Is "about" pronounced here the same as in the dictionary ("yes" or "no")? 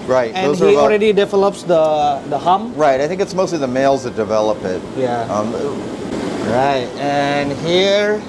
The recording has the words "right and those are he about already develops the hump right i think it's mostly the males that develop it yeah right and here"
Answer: no